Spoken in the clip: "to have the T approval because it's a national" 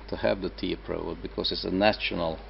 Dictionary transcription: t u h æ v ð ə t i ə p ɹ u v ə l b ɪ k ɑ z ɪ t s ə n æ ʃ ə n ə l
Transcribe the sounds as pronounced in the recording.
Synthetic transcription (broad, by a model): t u h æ v ð ə t i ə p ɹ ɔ ə b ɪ k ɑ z ɪ t s ə n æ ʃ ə n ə l